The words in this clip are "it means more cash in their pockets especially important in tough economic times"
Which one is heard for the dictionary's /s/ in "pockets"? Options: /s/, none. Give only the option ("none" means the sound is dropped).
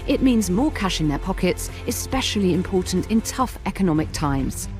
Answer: /s/